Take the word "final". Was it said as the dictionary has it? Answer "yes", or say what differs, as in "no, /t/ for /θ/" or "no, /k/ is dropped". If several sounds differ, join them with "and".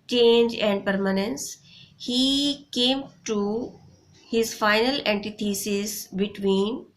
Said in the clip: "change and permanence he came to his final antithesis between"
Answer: yes